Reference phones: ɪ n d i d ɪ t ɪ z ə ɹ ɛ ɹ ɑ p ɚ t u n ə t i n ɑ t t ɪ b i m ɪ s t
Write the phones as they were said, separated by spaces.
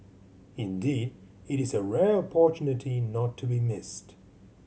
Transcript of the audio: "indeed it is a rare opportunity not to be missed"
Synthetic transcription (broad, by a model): ɪ n d i d ɪ t ɪ z ə ɹ ɛ ɹ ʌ p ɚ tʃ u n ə t i n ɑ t t ɪ b i m ɪ s t